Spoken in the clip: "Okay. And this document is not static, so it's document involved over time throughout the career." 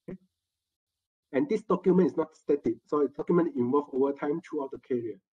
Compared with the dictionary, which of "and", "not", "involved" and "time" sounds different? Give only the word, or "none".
involved